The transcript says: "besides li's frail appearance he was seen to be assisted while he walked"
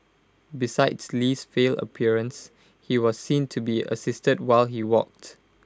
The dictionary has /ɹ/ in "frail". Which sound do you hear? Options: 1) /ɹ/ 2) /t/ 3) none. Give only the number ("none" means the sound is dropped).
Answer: 3